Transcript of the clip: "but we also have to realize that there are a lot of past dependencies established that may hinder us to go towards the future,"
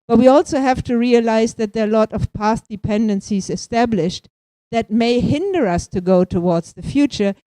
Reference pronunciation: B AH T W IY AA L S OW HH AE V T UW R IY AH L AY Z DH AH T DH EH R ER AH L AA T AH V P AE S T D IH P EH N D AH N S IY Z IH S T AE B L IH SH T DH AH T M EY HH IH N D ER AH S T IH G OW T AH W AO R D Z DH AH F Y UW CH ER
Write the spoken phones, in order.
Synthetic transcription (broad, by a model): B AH T W IY AA L S OW HH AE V T UW R IY AH L AY Z DH AH T DH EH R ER AH L AA T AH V P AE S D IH P EH N D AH N S IY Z IH S T AE B L IH SH T DH AH T M EY HH IH N D ER AH S T IH G OW T AH W AO R D Z DH AH F Y UW CH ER